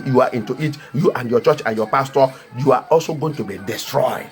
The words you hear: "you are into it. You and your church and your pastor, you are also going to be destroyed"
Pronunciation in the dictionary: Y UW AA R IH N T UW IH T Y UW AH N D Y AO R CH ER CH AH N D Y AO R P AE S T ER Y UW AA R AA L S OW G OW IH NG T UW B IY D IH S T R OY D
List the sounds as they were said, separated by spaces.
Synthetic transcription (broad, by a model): Y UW AA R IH N T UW IH T Y UW AH N D Y AO CH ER CH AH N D Y AO P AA S T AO Y UW AA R AA L S OW G OW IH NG T UW B IY D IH S T R OY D